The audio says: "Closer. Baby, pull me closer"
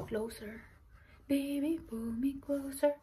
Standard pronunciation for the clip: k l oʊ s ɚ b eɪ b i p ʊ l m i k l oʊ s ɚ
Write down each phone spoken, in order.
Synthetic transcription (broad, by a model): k l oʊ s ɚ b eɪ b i b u m i k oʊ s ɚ